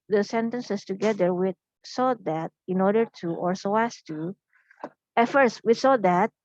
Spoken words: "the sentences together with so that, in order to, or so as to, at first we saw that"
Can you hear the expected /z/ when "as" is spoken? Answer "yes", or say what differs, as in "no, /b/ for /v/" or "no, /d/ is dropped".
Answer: no, /s/ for /z/